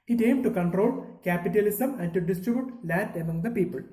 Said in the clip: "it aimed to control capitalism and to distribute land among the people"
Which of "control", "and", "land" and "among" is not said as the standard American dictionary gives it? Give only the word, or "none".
land